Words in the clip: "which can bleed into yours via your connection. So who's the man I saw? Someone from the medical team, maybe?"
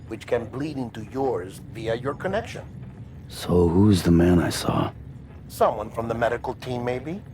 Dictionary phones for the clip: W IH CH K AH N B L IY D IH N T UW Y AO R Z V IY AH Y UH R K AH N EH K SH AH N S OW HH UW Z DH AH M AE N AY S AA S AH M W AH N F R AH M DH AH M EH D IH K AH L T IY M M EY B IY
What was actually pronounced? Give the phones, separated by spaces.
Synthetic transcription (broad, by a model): W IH CH K AH N B L IY D IH N T UW Y AO R Z V IY AH Y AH R K AH N EH K SH AH N S OW HH UW Z DH AH M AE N AY S AA S AH M W AH N F R AH M DH AH M EH D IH K L T IY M M EY B IY